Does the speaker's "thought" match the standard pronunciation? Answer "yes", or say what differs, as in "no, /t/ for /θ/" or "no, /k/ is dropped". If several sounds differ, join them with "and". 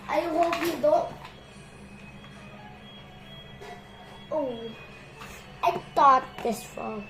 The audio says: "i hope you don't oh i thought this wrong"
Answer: no, /t/ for /θ/